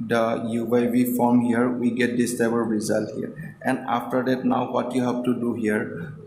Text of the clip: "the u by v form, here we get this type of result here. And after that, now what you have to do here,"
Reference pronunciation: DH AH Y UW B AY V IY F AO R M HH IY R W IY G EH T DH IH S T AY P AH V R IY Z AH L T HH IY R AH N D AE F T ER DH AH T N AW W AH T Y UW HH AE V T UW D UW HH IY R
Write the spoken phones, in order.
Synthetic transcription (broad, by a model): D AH Y UW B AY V IY F AO R M HH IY R W IY G EH T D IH S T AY B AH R R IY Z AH L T HH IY R AH N D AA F T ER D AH T N AW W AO T Y UW HH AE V T UW D UW HH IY R